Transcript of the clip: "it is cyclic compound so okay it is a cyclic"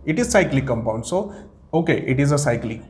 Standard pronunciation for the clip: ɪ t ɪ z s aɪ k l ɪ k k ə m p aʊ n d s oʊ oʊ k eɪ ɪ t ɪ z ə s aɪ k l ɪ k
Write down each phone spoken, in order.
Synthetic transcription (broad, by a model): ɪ t ɪ z s aɪ k l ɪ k k ə m p aʊ n d s oʊ oʊ k eɪ ɪ t ɪ z ə s aɪ k l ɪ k